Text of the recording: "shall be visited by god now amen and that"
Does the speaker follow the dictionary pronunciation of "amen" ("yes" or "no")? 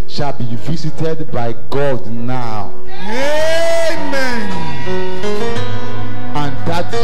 yes